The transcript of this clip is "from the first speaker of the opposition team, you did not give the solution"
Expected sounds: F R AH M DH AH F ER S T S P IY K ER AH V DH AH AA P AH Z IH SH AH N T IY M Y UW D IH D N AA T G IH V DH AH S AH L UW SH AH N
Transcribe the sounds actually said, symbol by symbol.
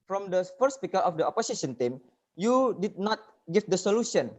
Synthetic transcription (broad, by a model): F R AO M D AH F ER T S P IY K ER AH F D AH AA P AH S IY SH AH N T IY M Y UW D IH D N AA T G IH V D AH S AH L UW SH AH N